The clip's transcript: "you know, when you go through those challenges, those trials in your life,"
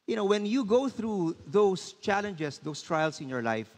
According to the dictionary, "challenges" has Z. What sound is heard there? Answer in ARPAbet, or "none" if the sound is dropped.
S